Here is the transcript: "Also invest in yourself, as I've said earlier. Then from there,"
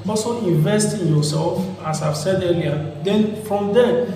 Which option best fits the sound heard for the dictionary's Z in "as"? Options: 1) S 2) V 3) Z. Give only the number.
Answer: 1